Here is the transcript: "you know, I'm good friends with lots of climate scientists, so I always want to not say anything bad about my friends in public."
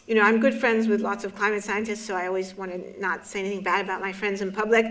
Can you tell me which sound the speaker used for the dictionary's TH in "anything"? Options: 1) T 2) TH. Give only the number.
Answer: 2